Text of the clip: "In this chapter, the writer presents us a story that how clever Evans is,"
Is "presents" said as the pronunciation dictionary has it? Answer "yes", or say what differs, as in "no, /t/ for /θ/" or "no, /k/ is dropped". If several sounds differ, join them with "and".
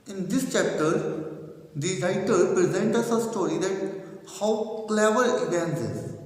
no, /s/ is dropped